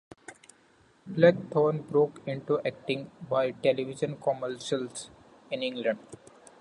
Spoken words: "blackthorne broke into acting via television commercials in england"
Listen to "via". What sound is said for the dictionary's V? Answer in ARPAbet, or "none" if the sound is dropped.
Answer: B